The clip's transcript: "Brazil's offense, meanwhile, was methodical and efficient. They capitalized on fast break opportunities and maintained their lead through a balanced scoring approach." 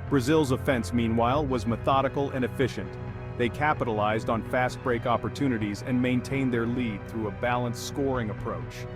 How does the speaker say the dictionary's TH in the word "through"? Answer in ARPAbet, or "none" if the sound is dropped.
TH